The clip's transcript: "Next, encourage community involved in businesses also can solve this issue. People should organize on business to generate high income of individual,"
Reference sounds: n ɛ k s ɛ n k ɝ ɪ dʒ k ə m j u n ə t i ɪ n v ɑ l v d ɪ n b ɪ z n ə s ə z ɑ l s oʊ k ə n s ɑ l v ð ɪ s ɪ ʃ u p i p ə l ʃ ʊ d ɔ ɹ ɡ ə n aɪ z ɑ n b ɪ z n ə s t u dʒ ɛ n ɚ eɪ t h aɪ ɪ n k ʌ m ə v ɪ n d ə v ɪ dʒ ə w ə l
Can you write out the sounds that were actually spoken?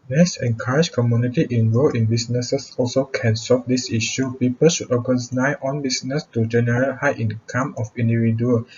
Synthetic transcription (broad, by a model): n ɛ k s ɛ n k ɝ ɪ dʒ k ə m j u n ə t i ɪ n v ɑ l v ɪ n b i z n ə s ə s ɑ l s oʊ k ə n s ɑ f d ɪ s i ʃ u p i p ə l ʃ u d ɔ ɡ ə n aɪ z ɑ n b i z n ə s t u dʒ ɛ n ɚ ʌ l h aɪ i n k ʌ m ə f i n d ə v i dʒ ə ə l